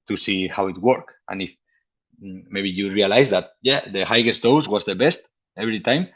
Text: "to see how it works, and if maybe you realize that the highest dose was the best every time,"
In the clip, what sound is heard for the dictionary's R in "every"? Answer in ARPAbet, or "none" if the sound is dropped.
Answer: R